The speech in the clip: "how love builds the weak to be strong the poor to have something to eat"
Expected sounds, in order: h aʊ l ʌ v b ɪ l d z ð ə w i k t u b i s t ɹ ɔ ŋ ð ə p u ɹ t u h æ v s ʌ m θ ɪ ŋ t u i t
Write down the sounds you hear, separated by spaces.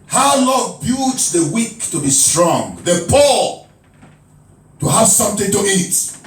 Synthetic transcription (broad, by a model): h aʊ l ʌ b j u d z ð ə w i k t u b i s t ɹ ɔ ŋ ð ə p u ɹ t u h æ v s ʌ m θ ɪ ŋ t u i t